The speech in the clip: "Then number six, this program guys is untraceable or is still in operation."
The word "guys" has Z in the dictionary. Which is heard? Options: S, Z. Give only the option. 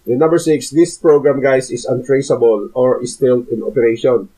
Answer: S